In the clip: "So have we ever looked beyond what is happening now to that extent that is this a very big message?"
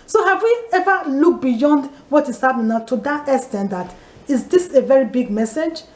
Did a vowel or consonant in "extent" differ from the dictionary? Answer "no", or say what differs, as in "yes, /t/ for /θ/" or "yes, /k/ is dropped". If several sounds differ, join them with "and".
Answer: yes, /k/ is dropped